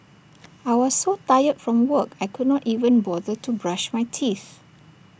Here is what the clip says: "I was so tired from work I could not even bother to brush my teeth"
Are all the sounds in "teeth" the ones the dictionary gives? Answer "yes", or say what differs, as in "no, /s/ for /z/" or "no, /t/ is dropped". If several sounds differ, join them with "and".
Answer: yes